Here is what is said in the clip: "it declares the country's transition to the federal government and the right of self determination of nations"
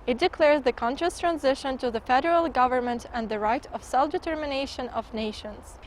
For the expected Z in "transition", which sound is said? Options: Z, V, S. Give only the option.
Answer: Z